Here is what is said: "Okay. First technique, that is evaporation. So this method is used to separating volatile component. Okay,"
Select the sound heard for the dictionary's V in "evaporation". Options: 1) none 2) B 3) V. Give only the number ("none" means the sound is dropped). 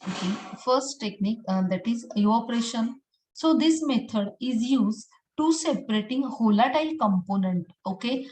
1